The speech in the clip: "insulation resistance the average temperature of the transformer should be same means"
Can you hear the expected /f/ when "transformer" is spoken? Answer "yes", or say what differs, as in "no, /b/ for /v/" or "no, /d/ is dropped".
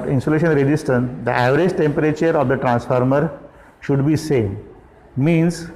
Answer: yes